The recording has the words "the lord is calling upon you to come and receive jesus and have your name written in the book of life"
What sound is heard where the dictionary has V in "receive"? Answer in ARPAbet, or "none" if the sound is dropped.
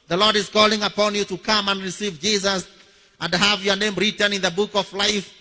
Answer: V